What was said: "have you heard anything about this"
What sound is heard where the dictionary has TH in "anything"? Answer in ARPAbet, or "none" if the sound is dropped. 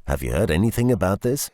TH